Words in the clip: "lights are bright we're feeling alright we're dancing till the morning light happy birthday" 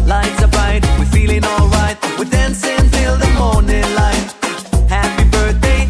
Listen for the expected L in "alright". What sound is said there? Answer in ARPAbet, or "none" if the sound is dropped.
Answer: L